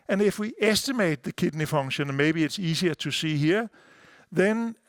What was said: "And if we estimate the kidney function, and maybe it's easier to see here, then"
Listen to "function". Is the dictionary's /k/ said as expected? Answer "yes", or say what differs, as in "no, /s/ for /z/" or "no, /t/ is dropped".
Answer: no, /k/ is dropped